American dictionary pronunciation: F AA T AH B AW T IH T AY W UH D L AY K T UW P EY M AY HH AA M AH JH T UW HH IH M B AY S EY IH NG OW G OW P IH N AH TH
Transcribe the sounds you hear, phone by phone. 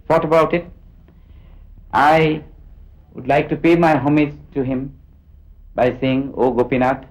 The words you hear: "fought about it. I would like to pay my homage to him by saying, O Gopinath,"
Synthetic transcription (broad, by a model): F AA T AH B AW T IH T AY W UH D L AY K T UW P EY M AY HH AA M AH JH T UW HH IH M B AY S EY IH NG OW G OW P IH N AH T